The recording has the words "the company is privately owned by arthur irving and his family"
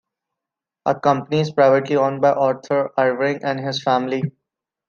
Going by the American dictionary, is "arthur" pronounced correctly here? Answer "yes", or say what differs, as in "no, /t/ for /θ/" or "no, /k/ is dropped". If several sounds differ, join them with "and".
no, /t/ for /θ/